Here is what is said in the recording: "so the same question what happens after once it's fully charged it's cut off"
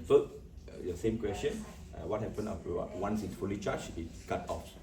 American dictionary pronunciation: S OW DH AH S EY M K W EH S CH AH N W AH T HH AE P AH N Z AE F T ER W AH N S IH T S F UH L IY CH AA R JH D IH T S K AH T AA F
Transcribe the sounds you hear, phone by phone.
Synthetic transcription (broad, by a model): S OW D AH S EY M K W EH S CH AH N W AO T HH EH P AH N AO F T W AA N S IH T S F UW L IY CH AA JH IH T S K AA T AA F